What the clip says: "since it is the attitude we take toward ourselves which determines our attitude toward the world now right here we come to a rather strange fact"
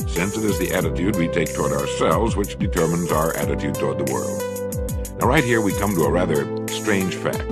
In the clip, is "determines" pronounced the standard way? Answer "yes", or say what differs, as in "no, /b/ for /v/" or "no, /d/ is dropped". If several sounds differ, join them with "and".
yes